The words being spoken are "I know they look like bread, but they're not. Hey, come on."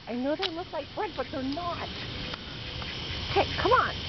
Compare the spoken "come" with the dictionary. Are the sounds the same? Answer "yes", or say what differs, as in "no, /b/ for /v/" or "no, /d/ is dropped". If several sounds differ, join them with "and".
yes